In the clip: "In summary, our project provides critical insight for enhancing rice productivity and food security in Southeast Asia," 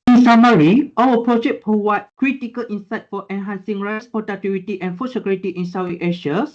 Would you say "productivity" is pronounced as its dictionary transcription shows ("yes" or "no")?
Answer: no